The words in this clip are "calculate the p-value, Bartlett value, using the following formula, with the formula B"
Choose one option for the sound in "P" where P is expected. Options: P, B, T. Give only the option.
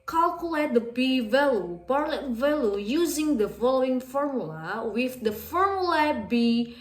B